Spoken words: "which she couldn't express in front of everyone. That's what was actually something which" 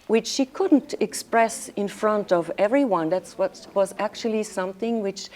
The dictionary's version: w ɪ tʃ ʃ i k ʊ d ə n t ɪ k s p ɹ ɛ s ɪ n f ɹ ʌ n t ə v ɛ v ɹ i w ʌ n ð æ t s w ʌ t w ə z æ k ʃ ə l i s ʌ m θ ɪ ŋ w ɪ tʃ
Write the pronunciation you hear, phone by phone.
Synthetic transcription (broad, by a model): w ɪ tʃ ʃ i k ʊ d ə n t ɪ k s p ɹ ɛ s ɪ n f ɹ ʌ n t ə v ɛ v ɹ i w ʌ n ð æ t s w ʌ t w ə z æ k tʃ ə l i s ʌ m θ ɪ ŋ w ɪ tʃ